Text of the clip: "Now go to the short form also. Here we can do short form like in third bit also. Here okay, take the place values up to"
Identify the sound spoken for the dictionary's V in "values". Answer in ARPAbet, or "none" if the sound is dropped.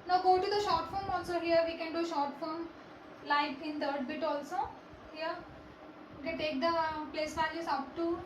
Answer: F